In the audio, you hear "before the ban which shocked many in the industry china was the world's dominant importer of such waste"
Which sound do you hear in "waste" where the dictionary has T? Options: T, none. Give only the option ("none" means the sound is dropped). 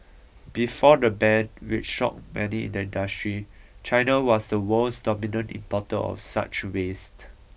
T